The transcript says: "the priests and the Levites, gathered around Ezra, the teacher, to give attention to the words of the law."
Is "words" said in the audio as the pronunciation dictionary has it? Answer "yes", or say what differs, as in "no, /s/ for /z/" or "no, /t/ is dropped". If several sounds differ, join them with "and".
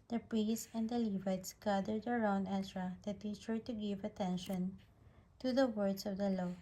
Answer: no, /s/ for /z/